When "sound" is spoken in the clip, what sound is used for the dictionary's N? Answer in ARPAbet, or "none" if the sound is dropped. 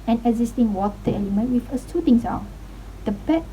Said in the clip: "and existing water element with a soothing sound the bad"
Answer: none